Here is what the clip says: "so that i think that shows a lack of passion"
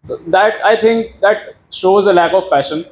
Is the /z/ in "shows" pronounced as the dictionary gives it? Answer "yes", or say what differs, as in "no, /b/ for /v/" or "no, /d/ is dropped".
yes